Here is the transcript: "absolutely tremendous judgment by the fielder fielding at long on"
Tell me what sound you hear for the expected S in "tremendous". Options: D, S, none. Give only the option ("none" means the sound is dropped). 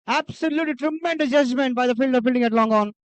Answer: none